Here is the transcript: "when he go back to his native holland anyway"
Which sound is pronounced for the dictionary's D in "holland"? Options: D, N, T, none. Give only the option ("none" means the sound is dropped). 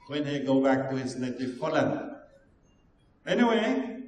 none